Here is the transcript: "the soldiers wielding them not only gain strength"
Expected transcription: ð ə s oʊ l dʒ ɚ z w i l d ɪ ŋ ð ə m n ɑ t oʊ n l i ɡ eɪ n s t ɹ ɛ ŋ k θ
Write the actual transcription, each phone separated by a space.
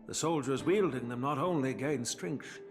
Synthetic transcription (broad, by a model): ð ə s oʊ l dʒ ɚ z w i l d ɪ ŋ ð ə m n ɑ t oʊ n l i ɡ eɪ n s t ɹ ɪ ŋ k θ